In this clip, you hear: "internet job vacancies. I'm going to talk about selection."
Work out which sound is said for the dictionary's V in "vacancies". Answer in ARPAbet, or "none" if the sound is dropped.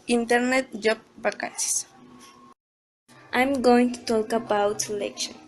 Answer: B